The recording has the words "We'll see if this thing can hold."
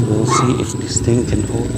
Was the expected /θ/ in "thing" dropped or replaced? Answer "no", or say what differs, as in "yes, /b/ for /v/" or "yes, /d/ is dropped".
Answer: yes, /t/ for /θ/